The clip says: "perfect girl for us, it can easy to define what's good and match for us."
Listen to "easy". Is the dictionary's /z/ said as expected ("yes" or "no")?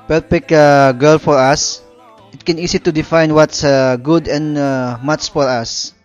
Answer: no